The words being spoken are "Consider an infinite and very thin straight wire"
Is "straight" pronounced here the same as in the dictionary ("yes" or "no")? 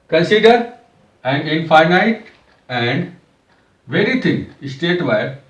no